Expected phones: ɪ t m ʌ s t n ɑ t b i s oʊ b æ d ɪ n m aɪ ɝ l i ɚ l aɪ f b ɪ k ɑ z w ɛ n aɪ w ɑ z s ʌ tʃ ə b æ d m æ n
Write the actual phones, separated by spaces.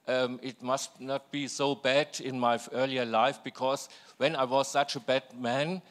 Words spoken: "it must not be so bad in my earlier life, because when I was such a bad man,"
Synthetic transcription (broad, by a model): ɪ t m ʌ s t n ɑ t b i s oʊ b æ d ɪ n m aɪ ɝ l i ɚ l aɪ f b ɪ k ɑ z w ɛ n aɪ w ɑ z s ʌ tʃ ə b æ d m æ n